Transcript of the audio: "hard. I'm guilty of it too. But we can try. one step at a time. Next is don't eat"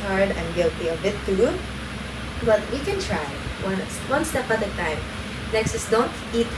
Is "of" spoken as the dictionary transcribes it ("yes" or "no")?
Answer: no